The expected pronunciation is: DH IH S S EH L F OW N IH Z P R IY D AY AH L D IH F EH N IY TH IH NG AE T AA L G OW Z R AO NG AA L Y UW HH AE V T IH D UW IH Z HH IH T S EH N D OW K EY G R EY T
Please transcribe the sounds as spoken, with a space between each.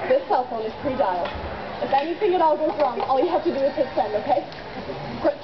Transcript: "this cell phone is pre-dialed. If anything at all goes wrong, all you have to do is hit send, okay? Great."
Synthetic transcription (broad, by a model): DH IH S S EH L F OW N IH Z P R IY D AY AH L IH F EH N IY TH IH NG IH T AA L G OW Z R AO NG AA L Y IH HH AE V T IH D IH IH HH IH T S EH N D OW K EY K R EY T